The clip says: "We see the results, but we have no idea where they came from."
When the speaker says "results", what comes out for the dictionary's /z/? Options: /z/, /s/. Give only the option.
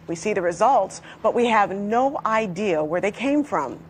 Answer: /z/